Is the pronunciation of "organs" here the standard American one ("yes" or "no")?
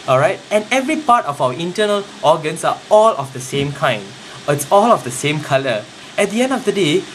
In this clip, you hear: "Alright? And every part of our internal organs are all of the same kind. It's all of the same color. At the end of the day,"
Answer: no